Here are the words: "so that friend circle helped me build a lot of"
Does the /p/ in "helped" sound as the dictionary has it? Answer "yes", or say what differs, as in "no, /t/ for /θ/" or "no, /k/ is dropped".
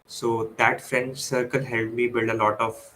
no, /p/ is dropped